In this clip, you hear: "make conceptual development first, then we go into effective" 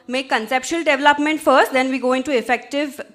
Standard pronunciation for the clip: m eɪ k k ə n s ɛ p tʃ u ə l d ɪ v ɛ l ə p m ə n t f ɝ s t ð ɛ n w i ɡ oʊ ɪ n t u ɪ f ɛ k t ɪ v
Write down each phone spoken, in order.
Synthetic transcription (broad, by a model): m eɪ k k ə n s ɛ p ʃ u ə l d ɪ v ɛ l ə p m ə n t f ɝ s t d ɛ n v i ɡ oʊ ɪ n t u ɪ f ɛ k t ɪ v